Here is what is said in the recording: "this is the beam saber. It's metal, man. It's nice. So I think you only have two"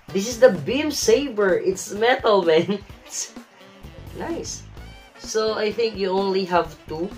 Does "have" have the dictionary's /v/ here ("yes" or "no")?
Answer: yes